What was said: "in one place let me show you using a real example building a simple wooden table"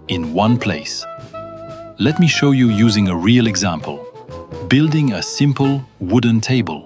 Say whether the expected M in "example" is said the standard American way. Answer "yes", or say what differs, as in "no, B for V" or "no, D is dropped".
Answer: yes